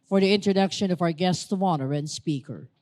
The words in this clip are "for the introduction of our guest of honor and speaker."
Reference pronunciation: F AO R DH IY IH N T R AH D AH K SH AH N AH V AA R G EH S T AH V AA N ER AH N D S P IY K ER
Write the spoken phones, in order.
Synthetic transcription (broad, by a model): F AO R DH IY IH N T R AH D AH K SH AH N AH V AA R G EH S T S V AA N ER AH N D S P IY K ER